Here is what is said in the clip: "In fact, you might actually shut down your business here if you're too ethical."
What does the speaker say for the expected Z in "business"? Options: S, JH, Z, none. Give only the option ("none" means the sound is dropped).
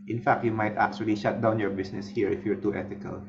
S